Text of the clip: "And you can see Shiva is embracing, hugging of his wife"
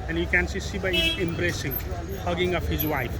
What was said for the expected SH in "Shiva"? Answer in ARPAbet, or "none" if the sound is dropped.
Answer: S